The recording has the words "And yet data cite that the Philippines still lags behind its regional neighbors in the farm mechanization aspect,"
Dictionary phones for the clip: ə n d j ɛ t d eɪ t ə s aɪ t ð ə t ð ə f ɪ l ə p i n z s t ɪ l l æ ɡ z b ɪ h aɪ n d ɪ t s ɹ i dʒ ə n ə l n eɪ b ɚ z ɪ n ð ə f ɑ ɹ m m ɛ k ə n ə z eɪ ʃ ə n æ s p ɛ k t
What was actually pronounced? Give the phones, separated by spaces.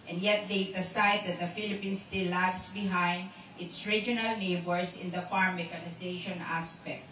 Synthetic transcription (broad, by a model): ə n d j ɛ t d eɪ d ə s aɪ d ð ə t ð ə f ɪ l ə p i n s t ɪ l l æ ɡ s b ɪ h aɪ n d ɪ t s ɹ i dʒ ə n ə l n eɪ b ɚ s ɪ n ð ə f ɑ ɹ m m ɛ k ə n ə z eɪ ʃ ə n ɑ s p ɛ k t